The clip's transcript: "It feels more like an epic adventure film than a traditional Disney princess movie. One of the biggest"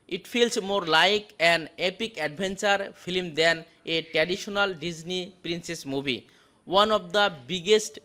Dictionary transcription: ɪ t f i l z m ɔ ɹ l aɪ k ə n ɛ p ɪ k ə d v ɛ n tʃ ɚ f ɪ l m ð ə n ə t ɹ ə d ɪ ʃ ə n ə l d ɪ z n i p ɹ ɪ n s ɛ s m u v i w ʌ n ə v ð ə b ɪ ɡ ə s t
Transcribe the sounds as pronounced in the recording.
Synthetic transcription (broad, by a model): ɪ t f i l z m ɔ ɹ l aɪ k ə n ɛ p ɪ k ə d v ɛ n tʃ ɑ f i l m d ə n ə t ɹ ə d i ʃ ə n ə l d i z n i p ɹ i n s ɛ s m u b i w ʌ n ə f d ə b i ɡ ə s t